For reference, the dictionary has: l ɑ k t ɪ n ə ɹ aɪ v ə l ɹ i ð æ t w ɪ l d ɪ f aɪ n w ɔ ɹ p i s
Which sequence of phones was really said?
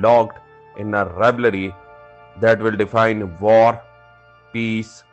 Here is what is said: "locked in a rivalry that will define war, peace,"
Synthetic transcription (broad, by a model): l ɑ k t ɪ n ə ɹ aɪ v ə ɹ i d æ t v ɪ l d ɪ f aɪ n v ɔ ɹ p i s